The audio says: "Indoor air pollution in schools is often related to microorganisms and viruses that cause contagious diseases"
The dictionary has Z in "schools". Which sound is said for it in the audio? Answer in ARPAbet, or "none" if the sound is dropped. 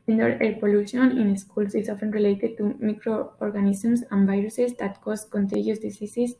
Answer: S